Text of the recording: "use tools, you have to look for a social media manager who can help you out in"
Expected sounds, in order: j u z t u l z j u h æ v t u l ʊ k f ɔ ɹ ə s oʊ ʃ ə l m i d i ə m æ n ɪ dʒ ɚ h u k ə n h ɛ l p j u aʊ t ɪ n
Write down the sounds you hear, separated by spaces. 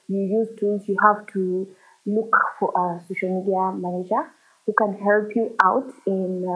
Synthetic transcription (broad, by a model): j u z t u z j u h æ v t u l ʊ k f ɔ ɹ ə s oʊ ʃ ə l m i d i ə m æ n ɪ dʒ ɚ h u k ə n h ɛ l p j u aʊ t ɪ n